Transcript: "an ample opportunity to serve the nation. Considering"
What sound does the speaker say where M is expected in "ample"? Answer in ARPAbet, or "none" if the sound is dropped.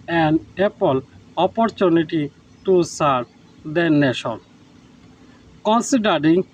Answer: none